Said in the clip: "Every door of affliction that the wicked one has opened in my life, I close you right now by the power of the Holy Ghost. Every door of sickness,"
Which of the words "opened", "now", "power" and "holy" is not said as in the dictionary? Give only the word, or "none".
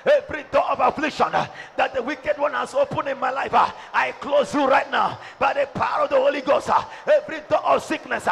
opened